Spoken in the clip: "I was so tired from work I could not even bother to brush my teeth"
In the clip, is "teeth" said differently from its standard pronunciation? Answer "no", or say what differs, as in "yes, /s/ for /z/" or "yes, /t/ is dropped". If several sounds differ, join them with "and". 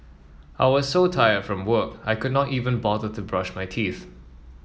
no